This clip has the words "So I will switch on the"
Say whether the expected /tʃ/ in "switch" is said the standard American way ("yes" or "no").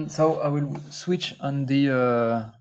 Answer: yes